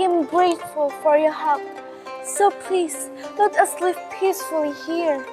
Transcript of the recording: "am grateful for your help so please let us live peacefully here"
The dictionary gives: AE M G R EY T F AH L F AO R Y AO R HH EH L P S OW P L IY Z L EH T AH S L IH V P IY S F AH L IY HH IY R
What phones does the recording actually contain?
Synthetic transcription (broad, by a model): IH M G R EY T F AH L F AO R Y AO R HH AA P S OW P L IY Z L EH T AH S L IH P P IY S F AH L IY HH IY R